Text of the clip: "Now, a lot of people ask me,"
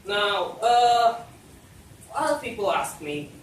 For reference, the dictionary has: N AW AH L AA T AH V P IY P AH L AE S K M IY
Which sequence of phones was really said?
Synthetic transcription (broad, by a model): N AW AH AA AH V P IY P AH L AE S K M IY